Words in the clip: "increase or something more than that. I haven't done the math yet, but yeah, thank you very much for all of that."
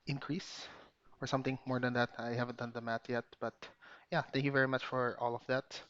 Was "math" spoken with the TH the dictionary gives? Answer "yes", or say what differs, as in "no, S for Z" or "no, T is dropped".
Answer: no, T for TH